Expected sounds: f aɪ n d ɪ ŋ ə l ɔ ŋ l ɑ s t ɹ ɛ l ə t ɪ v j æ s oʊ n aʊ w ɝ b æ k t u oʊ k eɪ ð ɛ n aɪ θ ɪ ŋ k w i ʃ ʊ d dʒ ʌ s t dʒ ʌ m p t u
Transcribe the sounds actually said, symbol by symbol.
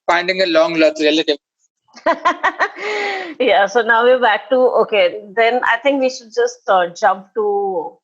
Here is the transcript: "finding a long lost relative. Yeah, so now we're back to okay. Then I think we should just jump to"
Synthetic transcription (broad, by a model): f aɪ n d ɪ ŋ ə l ɔ ŋ l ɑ t ɹ ɛ l ə t ɪ v j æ s oʊ n aʊ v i b æ k t u oʊ k eɪ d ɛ n aɪ t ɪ ŋ k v i ʃ ʊ d dʒ ʌ s t dʒ ʌ m p t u